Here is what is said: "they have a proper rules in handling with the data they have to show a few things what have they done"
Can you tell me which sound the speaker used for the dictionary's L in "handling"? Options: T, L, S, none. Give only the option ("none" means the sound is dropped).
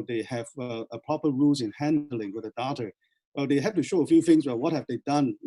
L